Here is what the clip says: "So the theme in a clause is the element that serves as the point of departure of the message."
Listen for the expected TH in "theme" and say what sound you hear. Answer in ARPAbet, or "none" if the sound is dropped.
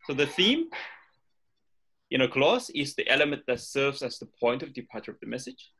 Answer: TH